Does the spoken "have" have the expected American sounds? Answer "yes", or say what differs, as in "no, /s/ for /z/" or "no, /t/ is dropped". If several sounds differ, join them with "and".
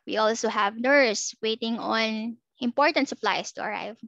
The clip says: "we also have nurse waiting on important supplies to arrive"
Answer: yes